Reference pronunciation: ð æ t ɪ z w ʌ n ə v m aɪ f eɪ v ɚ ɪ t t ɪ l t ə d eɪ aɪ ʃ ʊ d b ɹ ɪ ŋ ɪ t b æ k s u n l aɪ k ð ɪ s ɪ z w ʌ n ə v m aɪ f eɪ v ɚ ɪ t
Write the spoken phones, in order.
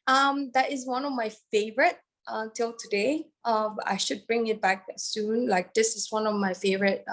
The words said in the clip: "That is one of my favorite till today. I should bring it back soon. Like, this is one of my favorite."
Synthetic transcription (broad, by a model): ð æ t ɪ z w ʌ n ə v m aɪ f eɪ v ɚ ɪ t t ɪ l t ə d eɪ aɪ ʃ ʊ d b ɹ ɪ ŋ ɪ t b æ k s u n l aɪ k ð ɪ s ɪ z w ʌ n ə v m aɪ f eɪ v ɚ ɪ t